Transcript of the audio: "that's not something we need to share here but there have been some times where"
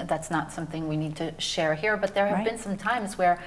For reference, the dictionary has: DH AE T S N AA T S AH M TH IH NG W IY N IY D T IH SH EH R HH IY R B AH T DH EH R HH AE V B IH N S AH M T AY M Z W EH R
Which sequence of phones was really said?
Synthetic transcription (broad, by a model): DH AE T S N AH T S AH M TH IH NG W IY N IY D T IH SH EH R HH IY R B AH T DH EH R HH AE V B IH N S AH M T AY M Z W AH R